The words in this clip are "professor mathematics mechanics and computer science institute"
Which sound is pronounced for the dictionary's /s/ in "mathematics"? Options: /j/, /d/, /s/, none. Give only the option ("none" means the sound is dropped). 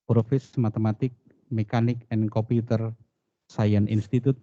none